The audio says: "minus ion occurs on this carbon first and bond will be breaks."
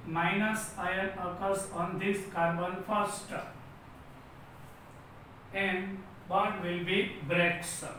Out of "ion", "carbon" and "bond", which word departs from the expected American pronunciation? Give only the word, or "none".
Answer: bond